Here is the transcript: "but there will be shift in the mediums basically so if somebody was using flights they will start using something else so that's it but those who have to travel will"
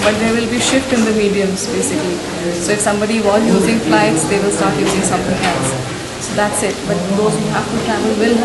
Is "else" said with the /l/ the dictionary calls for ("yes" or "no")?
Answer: no